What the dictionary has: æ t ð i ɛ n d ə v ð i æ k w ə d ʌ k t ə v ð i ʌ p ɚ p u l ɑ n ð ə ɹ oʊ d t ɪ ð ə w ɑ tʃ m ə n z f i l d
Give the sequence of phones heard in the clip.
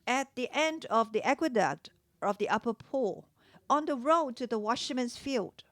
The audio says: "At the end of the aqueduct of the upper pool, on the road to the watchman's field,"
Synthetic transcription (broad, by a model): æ t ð i ɛ n d ə v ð i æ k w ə d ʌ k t ə v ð i ʌ p ɚ p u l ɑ n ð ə ɹ oʊ d t ɪ ð ə w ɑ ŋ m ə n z f i l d